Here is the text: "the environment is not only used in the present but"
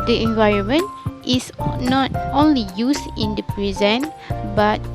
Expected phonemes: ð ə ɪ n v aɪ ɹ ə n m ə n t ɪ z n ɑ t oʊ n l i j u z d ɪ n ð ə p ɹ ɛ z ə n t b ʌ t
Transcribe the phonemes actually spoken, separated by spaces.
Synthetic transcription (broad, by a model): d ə ɪ n v aɪ ɹ ə n m ə n t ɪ s n ɑ t oʊ n l i j u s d ɪ n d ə p ɹ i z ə n b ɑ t